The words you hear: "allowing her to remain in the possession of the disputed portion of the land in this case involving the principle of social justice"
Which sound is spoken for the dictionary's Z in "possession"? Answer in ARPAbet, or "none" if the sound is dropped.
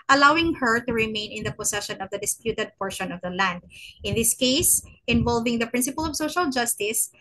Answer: S